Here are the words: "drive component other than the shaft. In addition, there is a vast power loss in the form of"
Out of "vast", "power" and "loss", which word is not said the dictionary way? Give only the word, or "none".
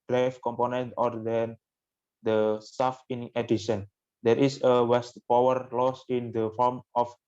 vast